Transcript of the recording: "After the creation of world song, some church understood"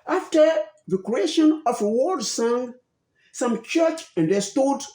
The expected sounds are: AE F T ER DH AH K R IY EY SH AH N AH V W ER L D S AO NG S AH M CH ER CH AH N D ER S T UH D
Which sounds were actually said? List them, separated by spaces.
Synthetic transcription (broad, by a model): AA F T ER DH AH K R IY EY SH AH N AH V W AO D S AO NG S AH M CH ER CH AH N D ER S T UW D